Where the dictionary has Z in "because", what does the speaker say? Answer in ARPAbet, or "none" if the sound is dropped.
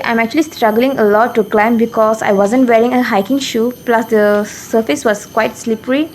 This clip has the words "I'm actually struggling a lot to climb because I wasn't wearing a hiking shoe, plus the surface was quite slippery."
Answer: S